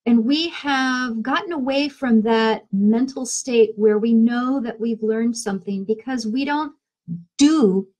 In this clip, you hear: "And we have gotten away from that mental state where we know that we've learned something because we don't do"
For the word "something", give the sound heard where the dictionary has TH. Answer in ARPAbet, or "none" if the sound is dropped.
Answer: TH